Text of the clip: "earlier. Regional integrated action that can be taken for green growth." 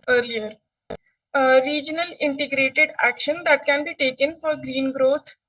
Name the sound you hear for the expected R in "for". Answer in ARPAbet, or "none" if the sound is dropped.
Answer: R